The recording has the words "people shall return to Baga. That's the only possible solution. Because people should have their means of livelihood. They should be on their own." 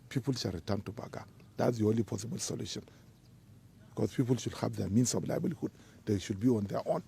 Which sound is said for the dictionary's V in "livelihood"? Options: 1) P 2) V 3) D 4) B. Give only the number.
4